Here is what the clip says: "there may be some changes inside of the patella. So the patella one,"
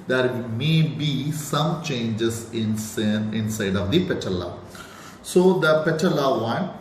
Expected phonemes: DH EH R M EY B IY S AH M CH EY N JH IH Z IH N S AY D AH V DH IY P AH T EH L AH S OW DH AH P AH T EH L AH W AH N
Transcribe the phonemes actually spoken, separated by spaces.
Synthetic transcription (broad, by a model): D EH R M EY B IY S AH M CH EY N JH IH S IH N S AY D AH V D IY P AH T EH L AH S OW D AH P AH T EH L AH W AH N